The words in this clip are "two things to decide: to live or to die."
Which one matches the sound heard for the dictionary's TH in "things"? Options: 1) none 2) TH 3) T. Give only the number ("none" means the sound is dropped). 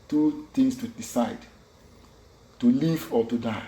3